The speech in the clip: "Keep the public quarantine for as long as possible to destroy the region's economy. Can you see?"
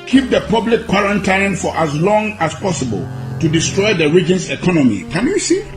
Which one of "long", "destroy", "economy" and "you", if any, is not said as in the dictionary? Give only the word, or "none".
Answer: none